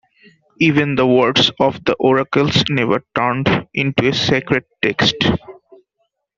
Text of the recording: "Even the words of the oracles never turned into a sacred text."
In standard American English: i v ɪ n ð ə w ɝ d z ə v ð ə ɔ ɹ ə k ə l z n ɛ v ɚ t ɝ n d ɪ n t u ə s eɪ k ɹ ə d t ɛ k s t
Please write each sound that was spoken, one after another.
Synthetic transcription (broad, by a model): i v ɪ n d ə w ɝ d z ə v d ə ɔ ɹ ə k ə l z n ɛ v ɚ t ɝ n d ɪ n t u ə s eɪ k ɹ ə d t ɛ k s t